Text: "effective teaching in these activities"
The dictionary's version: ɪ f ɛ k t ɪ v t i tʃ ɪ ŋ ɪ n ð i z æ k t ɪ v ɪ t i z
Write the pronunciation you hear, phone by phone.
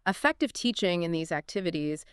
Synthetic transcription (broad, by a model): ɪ f ɛ k t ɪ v t i tʃ ɪ ŋ ɪ n ð i z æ k t ɪ v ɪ t i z